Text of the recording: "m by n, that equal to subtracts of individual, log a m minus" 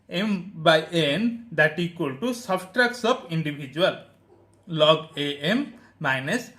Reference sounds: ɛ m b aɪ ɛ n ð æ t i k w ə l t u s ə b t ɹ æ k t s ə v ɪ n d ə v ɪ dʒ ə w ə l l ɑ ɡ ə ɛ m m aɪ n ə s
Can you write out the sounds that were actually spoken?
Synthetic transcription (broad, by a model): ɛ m b aɪ ɛ n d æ t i k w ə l t u s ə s t ɹ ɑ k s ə p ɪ n d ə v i dʒ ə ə l l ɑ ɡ ə ɛ m m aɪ n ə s